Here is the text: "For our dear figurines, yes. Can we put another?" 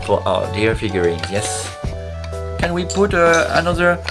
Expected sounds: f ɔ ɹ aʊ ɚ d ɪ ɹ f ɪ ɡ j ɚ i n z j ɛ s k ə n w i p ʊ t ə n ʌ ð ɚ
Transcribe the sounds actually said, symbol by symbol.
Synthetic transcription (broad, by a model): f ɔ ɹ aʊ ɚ d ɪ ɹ f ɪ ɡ j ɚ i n j ɛ s k ə n w i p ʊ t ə n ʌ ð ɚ